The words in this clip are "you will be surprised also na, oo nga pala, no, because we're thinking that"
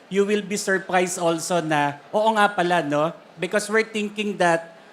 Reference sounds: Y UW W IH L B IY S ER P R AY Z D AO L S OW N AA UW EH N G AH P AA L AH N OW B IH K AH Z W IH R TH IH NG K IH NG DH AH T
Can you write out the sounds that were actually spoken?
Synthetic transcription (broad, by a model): Y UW W IH L B IY S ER P R AY S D AO L S OW N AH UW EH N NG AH P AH L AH N OW B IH K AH S W IH R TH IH NG K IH NG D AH T